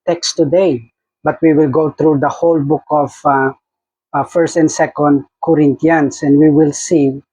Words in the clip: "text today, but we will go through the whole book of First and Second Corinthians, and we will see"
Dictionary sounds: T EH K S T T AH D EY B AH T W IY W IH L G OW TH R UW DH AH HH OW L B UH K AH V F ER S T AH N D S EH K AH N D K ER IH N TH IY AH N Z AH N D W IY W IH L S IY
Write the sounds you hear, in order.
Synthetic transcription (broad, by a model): T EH K S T T AH D EY B AH T W IY W IH L G OW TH R UW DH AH HH OW L B UH K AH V F ER S T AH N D S EH K AH N D K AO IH N T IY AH N S AH N D W IY W IH L S IY